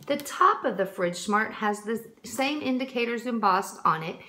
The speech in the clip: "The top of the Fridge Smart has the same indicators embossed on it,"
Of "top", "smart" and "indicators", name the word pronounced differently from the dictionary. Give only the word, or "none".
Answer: none